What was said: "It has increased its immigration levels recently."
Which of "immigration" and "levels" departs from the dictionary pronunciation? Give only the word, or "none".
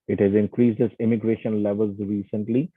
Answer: none